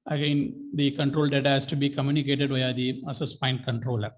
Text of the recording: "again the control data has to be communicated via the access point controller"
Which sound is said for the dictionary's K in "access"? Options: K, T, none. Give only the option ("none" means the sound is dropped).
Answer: none